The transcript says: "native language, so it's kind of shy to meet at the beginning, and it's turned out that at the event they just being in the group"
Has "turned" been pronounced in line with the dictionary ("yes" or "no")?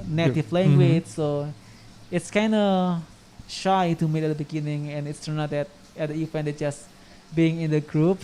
no